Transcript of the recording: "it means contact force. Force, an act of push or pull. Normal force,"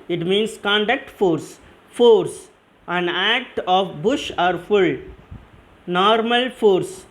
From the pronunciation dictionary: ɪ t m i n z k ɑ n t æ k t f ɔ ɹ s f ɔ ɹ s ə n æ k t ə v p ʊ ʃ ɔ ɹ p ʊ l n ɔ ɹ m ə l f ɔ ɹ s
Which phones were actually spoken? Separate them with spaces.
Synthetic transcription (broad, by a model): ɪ t m i n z k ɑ n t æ k t f ɔ ɹ s f ɔ ɹ s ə n æ k t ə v b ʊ ʃ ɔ ɹ f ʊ l n ɔ ɹ m ə l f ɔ ɹ s